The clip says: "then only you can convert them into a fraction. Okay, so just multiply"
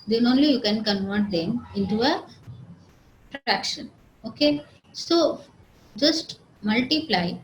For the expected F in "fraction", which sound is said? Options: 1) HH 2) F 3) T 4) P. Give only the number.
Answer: 4